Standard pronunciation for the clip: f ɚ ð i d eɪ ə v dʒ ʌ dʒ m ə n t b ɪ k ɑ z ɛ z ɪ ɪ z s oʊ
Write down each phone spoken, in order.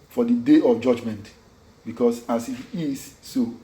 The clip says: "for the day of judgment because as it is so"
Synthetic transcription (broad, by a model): f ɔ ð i d eɪ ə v dʒ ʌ dʒ m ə n t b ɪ k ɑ s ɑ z ɪ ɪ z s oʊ